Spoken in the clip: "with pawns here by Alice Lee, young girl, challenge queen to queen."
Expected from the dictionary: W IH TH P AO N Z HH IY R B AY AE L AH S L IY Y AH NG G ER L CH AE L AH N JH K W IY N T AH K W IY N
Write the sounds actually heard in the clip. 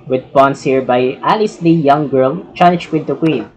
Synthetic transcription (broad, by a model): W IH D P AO N S HH IY R B AY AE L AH S L IY Y AH NG G ER L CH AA N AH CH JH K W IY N T AH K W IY N